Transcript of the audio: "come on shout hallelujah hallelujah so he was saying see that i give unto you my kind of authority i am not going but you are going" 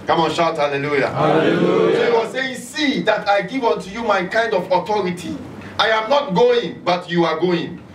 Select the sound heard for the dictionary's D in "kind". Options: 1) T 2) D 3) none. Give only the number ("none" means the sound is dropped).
2